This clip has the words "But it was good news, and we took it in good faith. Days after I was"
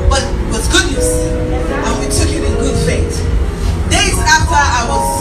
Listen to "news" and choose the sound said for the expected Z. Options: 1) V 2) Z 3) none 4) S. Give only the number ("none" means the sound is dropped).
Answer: 4